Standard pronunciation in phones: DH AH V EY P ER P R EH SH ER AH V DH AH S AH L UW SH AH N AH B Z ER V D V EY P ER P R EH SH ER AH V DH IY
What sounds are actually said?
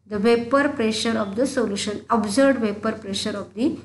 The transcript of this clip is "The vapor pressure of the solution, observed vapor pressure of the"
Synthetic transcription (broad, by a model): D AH V EY P ER P R EH SH ER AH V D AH S AH L UW SH AH N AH B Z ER D V EY P ER P R EH SH ER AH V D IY